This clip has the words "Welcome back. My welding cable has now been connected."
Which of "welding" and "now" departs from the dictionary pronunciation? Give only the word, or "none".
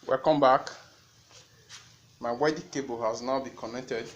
welding